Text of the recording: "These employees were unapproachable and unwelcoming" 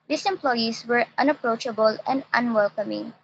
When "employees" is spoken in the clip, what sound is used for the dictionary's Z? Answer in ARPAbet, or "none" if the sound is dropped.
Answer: S